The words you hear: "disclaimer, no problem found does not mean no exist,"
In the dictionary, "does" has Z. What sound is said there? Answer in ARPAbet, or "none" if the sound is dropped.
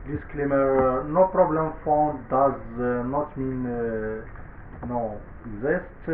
Z